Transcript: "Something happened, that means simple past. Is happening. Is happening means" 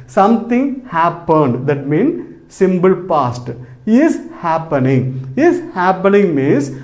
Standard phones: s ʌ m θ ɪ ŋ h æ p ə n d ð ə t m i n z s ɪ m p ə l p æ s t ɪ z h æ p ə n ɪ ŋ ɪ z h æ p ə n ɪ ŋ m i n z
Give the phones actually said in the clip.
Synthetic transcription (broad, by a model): s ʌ m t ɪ ŋ h æ p ə n d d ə t m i n s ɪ m b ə l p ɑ s t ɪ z h æ p ə n ɪ ŋ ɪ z h æ p ə n ɪ ŋ m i n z